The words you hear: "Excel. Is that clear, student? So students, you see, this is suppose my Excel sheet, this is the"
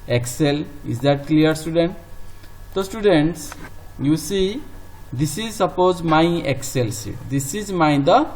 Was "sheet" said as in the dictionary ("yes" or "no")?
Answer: no